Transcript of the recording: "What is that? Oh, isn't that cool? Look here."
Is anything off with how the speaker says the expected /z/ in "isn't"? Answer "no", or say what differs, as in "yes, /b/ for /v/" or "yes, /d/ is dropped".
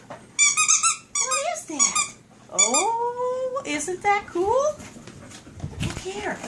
no